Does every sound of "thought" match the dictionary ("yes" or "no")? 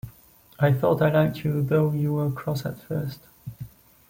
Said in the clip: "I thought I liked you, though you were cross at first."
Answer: yes